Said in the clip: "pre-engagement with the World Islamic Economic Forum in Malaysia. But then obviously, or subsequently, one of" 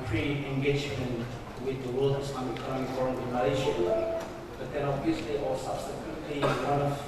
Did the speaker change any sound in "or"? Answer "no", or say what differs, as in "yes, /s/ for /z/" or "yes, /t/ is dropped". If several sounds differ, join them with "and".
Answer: yes, /l/ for /ɹ/